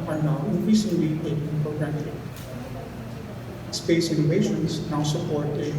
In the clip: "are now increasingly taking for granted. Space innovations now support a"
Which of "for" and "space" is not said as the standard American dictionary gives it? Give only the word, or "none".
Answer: for